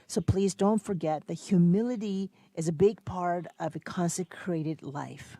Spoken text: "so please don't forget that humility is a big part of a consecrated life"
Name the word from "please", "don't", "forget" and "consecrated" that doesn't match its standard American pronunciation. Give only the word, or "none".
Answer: none